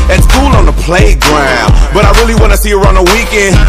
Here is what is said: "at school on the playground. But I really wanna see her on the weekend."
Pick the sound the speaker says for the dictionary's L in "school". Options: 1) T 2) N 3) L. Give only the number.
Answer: 2